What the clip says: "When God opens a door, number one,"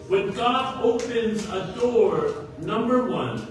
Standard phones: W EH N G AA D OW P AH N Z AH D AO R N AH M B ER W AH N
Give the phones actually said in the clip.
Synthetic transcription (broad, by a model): W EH N G AA D OW P AH N Z AH D AO R N AH M B ER W AH N